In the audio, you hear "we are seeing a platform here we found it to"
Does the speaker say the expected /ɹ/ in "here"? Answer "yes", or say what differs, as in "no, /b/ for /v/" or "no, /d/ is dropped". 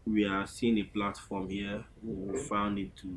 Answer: no, /w/ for /ɹ/